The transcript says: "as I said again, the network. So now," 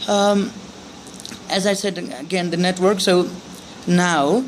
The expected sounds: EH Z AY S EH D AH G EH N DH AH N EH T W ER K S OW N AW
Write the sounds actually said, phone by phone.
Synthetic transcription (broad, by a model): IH Z AY S EH D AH G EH N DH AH N EH T W ER K S OW N AW